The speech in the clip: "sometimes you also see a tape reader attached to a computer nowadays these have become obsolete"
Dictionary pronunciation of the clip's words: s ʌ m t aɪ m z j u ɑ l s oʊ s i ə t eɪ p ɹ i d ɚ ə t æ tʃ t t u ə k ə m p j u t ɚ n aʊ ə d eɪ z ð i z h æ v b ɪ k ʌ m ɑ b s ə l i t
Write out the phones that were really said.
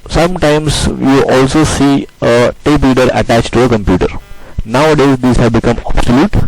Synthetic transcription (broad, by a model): s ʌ m t aɪ m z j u ɑ l s oʊ s i ə t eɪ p l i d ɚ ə t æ tʃ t t u ə k ə m p j u t ɚ n aʊ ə d eɪ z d i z h æ v b ɪ k ʌ m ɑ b s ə l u t